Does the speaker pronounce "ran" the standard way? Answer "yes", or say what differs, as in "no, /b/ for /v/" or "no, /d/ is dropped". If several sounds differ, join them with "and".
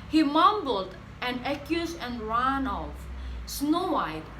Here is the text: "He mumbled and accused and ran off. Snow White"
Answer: yes